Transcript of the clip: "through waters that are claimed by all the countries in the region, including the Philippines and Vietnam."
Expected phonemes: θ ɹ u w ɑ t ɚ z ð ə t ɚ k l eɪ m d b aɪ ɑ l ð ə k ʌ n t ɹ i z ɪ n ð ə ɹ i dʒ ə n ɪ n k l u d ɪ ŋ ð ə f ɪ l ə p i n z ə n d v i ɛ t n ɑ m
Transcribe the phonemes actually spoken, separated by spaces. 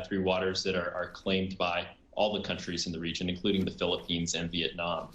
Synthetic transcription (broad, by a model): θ ɹ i w ɑ t ɚ z ð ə t ɚ k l eɪ m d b aɪ ɑ l ð ə k ʌ n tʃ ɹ i z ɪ n ð ə ɹ i dʒ ə n ɪ n k l u d ɪ ŋ ð ə f ɪ l ə p i n z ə n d v i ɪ t n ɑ m